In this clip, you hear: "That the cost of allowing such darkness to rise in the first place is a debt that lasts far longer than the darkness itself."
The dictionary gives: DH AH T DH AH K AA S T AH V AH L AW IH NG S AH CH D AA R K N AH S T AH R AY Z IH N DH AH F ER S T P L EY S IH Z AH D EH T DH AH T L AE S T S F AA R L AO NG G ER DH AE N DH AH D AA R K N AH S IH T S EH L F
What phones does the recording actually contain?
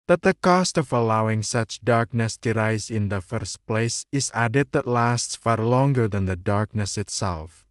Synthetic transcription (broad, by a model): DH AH T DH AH K AA S T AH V AH L AW IH NG S AH CH D AA R K N AH S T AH R AY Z IH N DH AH F ER S T P L EY S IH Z AH D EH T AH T L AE S T S F AA R L AO NG G ER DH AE N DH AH D AA R K N AH S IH T S EH L F